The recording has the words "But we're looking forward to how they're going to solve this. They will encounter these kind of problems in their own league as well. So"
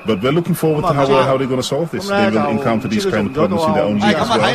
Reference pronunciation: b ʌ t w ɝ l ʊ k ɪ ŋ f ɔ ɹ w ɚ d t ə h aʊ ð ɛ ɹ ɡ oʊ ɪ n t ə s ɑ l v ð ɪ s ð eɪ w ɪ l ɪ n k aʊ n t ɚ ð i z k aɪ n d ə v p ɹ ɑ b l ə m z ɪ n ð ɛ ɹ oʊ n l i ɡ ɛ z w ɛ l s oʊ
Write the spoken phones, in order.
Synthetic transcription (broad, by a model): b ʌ t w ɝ l ʊ k ɪ ŋ f ɔ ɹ w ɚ d t ə h aʊ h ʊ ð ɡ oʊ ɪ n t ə s ɑ l v ð ɪ s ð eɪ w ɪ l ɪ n k aʊ n t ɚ ð i z k aɪ n d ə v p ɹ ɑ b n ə z ɪ n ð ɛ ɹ oʊ n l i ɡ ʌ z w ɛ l